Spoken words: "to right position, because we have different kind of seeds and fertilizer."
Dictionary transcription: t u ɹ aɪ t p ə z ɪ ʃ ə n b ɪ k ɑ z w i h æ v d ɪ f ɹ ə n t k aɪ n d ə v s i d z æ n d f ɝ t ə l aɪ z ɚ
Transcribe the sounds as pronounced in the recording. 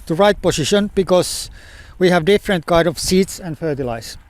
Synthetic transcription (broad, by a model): t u ɹ aɪ t p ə s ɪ ʃ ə n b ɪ k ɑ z w i h æ v d ɪ f ɹ ə n t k aɪ d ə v s i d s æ n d f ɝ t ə l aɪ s